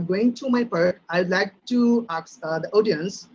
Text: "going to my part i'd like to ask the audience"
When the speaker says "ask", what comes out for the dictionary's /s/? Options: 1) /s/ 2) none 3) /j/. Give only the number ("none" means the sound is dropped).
2